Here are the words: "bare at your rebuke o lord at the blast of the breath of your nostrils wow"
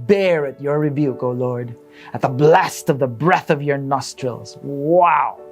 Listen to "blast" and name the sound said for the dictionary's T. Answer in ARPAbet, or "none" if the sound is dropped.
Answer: T